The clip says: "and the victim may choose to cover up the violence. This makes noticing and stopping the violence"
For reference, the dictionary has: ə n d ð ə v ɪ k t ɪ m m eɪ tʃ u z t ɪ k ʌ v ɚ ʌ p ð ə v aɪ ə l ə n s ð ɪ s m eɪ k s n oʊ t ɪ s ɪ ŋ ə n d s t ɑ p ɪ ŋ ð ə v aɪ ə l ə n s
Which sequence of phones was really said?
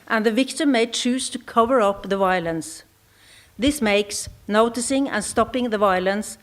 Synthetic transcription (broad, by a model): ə n ð ə v ɪ k t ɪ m m eɪ tʃ u z t ɪ k ʌ v ɚ ʌ p ð ə v aɪ ə l ə n s ð ɪ s m eɪ k s n oʊ t ɪ s ɪ ŋ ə n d s t ɑ p ɪ ŋ ð ə v aɪ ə l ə n s